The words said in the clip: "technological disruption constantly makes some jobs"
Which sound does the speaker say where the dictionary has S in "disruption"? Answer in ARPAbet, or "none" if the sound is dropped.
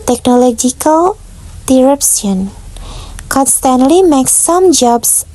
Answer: none